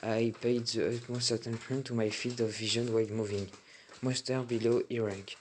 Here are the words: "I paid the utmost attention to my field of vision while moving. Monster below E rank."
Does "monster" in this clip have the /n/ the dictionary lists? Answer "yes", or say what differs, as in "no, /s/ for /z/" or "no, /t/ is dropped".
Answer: no, /n/ is dropped